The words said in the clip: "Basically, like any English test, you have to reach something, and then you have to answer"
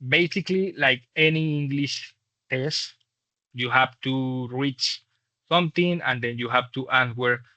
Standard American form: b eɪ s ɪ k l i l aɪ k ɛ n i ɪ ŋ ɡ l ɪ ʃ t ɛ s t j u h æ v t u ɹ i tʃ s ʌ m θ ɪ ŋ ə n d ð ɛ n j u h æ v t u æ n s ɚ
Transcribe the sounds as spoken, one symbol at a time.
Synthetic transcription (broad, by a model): b eɪ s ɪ k l i l aɪ k ɛ n i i ŋ ɡ l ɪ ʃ t ɛ s t j u h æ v t u ɹ i tʃ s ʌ m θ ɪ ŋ ə n d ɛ n j u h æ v t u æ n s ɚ